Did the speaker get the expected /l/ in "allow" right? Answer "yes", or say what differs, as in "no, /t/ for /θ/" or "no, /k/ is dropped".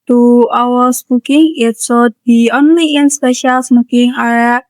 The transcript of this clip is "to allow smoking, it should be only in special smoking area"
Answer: no, /w/ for /l/